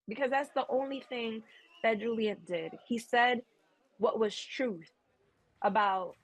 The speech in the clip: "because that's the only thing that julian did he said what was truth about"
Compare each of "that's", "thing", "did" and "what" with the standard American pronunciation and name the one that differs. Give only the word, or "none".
none